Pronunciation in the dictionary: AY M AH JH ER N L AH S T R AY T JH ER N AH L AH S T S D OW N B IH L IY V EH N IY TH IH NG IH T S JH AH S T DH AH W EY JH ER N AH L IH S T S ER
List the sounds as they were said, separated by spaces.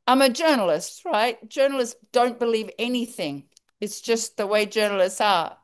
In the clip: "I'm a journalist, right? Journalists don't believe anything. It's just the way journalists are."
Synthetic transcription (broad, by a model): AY M AH JH ER N L AH S T R AY T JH ER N L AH S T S D OW N B IH L IY V EH N IY TH IH NG IH T S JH AH S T DH AH W EY JH ER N L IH S T S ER